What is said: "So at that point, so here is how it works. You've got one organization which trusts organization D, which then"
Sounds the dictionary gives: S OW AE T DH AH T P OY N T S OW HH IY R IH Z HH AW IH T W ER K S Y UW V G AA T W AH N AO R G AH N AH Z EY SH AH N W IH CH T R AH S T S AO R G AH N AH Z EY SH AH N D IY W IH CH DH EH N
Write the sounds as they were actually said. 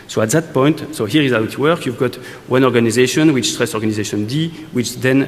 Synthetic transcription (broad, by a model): S OW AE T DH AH T P OY N T S OW HH IY R IH Z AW IH T W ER K Y UW V G AA T W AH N AO R G AH N AH Z EY SH AH N W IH CH T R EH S S AO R G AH N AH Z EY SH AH N D IY W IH CH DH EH N